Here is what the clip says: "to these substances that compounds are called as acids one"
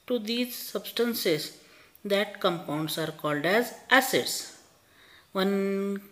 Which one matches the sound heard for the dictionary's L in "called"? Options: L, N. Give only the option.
L